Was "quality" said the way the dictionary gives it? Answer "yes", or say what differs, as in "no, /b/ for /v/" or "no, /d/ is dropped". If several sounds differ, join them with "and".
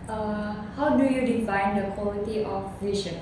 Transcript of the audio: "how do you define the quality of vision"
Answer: no, /l/ is dropped